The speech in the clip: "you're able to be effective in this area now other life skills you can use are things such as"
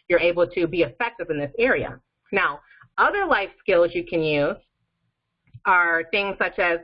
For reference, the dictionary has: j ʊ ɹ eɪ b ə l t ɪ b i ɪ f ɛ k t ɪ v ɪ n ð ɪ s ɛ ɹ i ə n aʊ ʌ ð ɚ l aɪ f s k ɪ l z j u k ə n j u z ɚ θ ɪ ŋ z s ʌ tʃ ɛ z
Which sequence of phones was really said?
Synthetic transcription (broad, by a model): j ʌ ɹ eɪ b l t ɪ b i ɪ f ɛ k t ɪ v ɪ n ð ɪ s ɛ ɹ i ə n aʊ ʌ ð ɚ l aɪ f s k ɪ l z j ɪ k ə n j u z ɚ θ ɪ ŋ z s ʌ tʃ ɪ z